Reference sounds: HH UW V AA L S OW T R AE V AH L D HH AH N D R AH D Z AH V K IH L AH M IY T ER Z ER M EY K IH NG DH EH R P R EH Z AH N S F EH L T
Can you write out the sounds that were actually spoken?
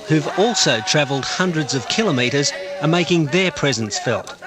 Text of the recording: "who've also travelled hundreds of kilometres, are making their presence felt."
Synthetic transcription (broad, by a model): HH UW V AA L S OW T R AE V AH L D HH AH N D R AH D Z AH V K IH L AH M IY T ER Z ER M EY K IH NG DH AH R P R EH Z AH N S F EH L T